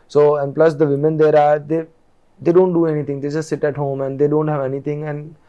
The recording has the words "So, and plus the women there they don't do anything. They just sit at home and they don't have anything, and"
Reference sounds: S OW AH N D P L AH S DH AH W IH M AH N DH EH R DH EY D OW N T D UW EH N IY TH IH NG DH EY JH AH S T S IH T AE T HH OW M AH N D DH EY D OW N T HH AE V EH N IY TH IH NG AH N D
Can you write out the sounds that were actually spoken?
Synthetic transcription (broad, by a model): S OW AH N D P L AH S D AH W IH M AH N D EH R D EY D OW N T D UW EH N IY T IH NG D EY JH AH S T S IH T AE T HH OW M AH N D EY D OW N T HH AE V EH N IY T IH NG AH N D